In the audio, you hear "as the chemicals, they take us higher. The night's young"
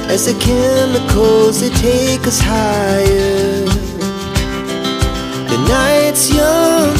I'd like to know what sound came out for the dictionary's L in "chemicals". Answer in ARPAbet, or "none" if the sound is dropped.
none